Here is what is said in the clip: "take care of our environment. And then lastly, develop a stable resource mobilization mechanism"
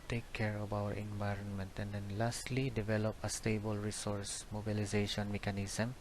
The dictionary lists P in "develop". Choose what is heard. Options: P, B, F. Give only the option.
P